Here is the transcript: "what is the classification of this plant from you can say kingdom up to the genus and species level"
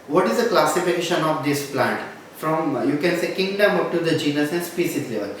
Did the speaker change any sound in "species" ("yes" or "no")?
yes